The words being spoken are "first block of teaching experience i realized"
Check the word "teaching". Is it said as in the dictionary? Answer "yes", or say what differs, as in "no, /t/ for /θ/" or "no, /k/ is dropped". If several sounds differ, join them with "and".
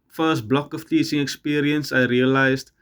no, /s/ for /tʃ/